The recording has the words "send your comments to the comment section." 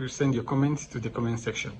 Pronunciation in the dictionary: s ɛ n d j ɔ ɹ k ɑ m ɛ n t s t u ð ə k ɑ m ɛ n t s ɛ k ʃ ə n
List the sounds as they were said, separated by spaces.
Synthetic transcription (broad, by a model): s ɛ n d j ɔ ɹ k ɑ m ɛ n t s t u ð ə k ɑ m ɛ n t s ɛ k ʃ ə n